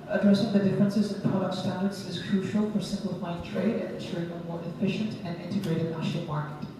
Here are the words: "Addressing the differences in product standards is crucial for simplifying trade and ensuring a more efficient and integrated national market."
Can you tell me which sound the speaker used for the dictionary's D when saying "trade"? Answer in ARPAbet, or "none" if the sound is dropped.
D